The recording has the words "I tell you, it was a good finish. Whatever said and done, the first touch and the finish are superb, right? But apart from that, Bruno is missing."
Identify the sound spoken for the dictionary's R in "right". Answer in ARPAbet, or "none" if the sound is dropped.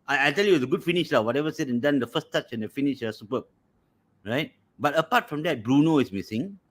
R